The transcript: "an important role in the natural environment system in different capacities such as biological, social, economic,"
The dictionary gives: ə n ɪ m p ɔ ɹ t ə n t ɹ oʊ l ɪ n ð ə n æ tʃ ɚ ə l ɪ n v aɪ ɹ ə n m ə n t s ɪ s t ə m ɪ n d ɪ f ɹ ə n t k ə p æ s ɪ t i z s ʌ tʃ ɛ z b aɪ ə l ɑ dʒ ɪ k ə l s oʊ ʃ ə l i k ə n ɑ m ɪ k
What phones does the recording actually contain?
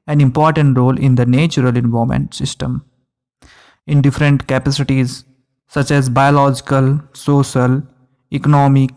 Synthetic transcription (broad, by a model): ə n ɪ m p ɔ ɹ t ə n t ɹ oʊ l ɪ n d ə n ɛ tʃ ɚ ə l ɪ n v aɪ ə m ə n t s ɪ s t ə m ɪ n d ɪ f ɹ ə n t k ə p æ s ɪ t i z s ʌ tʃ ɛ z b aɪ ə l ɑ dʒ ɪ k ə l s oʊ ʃ ə l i k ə n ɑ m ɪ k